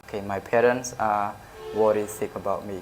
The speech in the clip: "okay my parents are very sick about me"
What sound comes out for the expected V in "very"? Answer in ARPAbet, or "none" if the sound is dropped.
W